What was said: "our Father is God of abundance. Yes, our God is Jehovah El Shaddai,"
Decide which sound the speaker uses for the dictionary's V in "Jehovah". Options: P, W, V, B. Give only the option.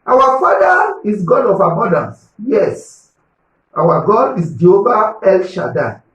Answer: B